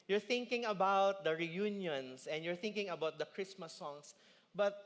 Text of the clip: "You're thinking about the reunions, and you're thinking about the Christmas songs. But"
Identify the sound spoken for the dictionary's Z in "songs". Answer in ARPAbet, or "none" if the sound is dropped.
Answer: S